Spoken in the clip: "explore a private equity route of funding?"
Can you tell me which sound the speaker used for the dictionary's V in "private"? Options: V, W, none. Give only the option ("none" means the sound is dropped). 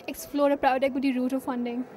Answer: none